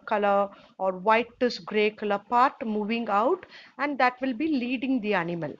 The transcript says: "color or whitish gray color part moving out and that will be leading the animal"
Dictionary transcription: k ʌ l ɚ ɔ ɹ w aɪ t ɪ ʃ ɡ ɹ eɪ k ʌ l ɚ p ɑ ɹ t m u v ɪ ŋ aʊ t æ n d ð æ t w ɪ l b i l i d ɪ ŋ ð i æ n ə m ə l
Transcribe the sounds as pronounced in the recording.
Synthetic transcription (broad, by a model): k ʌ l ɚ ɔ ɹ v aɪ t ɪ s ɡ ɹ eɪ k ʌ l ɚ p ɑ ɹ t m u v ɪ ŋ aʊ t æ n d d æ t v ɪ l b i l i d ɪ ŋ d i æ n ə m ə l